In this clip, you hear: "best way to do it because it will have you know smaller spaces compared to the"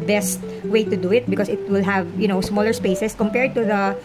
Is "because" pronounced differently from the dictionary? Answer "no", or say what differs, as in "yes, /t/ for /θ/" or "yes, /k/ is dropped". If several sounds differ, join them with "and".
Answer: yes, /s/ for /z/